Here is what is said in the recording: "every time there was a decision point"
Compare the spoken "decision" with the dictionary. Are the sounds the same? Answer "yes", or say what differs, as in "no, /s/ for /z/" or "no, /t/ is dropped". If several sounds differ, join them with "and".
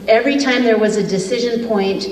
yes